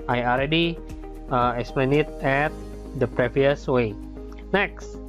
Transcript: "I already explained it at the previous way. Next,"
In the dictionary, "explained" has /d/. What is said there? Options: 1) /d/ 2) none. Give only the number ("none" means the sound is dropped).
2